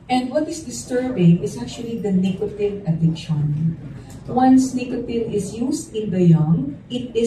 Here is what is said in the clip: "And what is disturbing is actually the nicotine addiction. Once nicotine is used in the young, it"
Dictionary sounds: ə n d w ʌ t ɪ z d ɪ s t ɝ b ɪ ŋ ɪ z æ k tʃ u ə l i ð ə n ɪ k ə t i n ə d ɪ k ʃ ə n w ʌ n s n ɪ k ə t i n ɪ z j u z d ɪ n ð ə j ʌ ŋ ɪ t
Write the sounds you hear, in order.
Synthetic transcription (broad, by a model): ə n d w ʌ t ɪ s d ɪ s t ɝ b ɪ ŋ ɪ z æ k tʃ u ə l i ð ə n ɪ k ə t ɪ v ə d ɪ k ʃ ə n w ʌ n s n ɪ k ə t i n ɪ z j u s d ɪ n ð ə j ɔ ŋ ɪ t